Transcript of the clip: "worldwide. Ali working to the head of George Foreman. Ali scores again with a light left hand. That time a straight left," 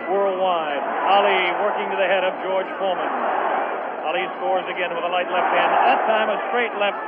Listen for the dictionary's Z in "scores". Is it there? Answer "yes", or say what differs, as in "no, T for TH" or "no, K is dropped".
yes